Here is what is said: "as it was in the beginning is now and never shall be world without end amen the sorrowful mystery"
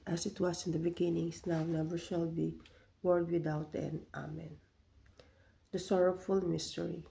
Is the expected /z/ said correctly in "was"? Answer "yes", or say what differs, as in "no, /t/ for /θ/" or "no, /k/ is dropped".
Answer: no, /s/ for /z/